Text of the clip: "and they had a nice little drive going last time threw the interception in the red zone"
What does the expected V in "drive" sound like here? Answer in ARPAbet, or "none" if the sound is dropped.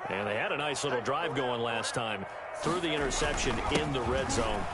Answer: V